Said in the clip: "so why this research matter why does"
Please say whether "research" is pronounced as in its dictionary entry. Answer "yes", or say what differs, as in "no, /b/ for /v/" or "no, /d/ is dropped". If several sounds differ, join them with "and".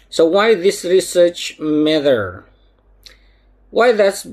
yes